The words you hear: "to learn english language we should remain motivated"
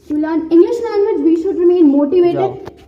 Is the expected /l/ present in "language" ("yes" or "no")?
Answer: no